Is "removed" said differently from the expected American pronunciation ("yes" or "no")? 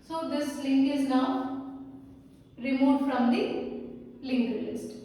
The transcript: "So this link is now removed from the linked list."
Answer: yes